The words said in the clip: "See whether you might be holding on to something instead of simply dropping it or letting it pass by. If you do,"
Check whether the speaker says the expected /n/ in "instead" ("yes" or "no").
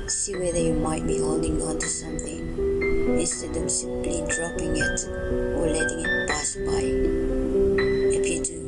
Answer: no